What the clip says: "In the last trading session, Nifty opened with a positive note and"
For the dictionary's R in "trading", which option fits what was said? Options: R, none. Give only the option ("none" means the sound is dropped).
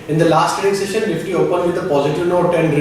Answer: none